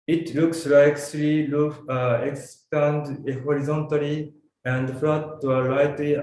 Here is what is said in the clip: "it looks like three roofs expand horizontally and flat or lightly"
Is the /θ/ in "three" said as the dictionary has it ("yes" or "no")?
no